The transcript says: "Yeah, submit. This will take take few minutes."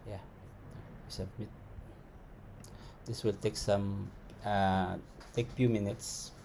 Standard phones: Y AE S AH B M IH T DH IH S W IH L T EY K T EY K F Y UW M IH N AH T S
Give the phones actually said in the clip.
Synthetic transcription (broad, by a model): Y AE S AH M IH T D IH S W IH L T EY K T EY K F Y UW M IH N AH T S